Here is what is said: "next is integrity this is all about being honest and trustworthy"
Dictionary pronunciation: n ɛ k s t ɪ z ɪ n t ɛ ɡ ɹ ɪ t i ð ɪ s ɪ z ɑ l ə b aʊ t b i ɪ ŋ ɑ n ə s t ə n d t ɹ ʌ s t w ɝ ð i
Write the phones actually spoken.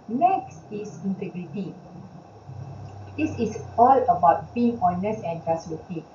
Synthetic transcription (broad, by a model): n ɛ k s t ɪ s ɪ n t ɛ ɡ ɹ ɪ t i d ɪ s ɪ s ɑ l ə b aʊ t b i ɪ ŋ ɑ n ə s ə n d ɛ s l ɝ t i